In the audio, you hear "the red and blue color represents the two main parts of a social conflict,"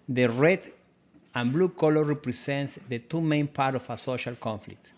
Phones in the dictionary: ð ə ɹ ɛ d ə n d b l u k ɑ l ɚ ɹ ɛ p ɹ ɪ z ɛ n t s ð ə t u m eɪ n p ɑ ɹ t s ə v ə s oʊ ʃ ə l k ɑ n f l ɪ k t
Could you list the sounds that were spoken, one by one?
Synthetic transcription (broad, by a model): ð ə ɹ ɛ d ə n b l u k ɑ l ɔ ɹ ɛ p ɹ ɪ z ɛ n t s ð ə t u m eɪ n p ɑ ɹ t ə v ə s oʊ ʃ ə l k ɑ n f l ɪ k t